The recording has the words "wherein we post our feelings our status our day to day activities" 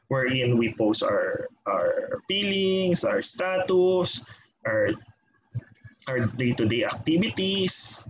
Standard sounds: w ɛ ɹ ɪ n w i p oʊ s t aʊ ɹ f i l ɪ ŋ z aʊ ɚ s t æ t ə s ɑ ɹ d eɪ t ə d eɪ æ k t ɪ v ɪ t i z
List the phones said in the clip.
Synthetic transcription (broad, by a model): w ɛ ɹ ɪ n w i p oʊ s t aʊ ɹ p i l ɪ ŋ s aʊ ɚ s t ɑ t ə s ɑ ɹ d eɪ t ə d eɪ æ k t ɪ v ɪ t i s